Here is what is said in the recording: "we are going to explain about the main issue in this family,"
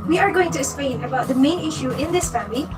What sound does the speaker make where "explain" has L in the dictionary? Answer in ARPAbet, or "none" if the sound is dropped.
none